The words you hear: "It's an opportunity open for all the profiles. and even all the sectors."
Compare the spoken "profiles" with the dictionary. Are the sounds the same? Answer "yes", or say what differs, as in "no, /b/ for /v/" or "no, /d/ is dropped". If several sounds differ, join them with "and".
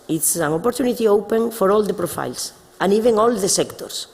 no, /s/ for /z/